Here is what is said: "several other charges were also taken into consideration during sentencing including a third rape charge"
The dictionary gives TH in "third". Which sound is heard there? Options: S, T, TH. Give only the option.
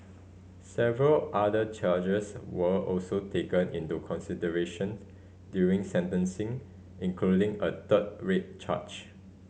T